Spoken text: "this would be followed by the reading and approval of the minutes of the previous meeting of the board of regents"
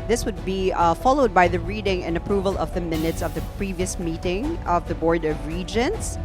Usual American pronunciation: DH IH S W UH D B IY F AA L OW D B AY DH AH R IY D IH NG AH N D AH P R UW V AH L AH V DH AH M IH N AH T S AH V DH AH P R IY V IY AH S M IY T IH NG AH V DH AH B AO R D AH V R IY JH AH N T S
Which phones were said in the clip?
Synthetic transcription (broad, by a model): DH IH S W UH D B IY F AA L OW D B AY DH AH R IY D IH NG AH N AH P R UW V AH L AH V DH AH M IH N AH T S AH V DH AH P R IY V IY AH S M IY T IH NG AH V DH AH B AO R D AH V R IY JH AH N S